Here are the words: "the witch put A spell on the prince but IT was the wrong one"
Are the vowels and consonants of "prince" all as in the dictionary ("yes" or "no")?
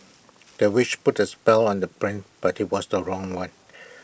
no